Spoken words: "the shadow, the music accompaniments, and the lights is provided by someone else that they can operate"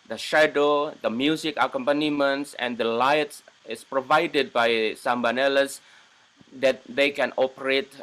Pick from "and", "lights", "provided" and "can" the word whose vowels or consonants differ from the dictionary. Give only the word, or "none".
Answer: none